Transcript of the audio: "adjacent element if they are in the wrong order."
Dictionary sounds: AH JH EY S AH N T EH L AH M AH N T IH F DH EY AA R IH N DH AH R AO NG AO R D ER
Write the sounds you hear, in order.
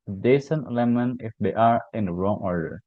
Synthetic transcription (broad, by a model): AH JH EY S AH N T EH L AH M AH N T IH F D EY AA R IH N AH R AO NG AO R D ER